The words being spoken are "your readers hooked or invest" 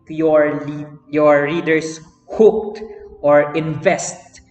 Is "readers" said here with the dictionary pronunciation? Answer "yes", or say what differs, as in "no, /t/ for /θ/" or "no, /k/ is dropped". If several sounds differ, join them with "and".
no, /s/ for /z/